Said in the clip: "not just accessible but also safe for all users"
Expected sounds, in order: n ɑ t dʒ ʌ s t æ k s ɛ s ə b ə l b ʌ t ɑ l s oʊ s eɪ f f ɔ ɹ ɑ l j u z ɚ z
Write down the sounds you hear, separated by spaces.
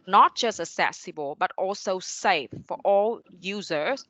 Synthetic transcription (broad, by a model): n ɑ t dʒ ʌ s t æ s ɛ s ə b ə l b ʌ t ɑ l s oʊ s eɪ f f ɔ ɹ ɑ l j u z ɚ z